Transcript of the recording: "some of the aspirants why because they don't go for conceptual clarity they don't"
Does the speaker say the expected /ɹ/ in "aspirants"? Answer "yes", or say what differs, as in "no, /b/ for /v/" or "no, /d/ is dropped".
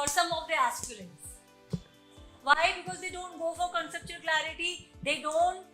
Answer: no, /l/ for /ɹ/